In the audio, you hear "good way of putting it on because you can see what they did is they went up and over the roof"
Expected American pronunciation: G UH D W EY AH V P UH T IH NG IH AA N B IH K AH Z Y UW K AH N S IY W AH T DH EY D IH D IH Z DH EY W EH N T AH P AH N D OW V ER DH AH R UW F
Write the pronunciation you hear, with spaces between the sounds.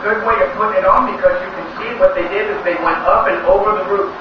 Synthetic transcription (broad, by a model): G UH D W EY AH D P UH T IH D N B IH K AH Z Y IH K AH N S IY W AH T DH EY D IH D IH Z DH EY W EH N T AH P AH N OW V ER DH AH R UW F